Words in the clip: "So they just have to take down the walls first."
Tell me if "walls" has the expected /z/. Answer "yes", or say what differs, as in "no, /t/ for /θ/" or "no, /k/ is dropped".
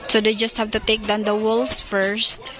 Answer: no, /s/ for /z/